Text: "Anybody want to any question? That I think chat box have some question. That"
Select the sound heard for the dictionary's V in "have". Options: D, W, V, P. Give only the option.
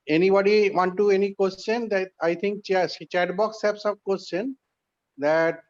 P